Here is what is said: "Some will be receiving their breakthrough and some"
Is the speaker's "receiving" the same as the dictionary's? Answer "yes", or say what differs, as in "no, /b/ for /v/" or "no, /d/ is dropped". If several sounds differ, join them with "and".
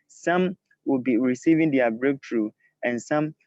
yes